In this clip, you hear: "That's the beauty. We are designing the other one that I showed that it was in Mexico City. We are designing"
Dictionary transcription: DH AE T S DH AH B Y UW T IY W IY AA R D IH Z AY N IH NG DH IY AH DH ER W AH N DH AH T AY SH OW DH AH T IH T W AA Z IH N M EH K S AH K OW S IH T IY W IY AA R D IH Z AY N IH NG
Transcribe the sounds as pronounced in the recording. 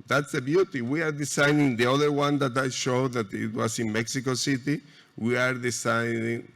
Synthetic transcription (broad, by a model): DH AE T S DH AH B Y UW T IY W IY AA R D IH S AY N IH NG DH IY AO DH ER W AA N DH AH T AY SH OW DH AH T IH T W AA S IH N M EH K S AH K OW S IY T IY W IY AA R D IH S AY N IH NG